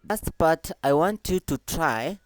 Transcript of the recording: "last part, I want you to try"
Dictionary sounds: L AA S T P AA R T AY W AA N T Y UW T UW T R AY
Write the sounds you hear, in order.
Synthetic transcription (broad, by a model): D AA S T B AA T AY W AA N T Y UW T UW T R AY